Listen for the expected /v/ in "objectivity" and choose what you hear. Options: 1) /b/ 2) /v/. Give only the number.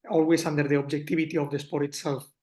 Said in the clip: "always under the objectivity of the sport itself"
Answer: 1